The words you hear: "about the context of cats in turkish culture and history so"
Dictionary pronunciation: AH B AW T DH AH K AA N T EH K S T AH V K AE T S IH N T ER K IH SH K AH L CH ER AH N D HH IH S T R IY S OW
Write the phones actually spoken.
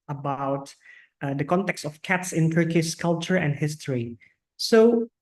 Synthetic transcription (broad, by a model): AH B AW T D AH K AA N T EH K S T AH F K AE T S IH N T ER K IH S K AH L CH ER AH N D HH IH S T R IY S OW